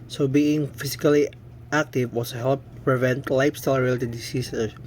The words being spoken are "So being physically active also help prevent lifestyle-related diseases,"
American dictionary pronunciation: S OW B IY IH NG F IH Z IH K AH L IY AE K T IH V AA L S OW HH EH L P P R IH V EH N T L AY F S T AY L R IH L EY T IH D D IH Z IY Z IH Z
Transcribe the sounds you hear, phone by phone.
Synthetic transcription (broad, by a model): S OW B IY IH NG F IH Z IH K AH L IY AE K T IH W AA S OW HH EH L P P R IH V EH N T L AY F S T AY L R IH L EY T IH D D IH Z IY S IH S